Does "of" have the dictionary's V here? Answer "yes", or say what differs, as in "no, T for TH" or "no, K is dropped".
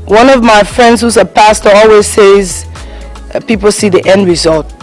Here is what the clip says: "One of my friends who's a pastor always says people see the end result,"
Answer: yes